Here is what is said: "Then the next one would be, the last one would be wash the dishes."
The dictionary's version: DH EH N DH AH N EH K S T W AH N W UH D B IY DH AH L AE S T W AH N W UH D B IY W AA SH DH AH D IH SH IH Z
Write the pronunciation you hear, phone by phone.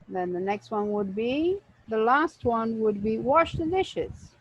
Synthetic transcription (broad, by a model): DH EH N DH AH N EH K S T W AH N W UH D B IY DH AH L AE S T W AH N W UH D B IY W AA SH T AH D IH SH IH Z